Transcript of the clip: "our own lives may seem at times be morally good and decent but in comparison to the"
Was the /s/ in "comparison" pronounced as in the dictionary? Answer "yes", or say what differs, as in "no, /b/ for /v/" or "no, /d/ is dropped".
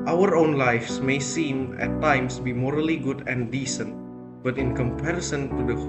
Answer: yes